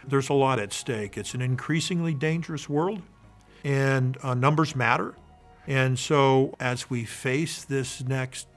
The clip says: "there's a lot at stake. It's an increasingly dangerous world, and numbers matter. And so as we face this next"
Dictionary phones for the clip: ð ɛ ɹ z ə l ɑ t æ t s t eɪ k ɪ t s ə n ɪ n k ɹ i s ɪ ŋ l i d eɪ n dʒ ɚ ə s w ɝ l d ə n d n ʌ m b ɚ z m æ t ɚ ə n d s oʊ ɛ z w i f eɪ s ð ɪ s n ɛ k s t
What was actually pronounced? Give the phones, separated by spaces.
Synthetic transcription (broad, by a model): ð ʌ ɹ z ə l ɑ t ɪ t s t eɪ k ɪ t s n ɪ n k ɹ i s ɪ ŋ l i d eɪ n dʒ ɚ ə s w ɝ l d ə n n ʌ m b ɚ z m æ t ɚ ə n s oʊ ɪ z w i f eɪ s ð ɪ s n ɛ k s t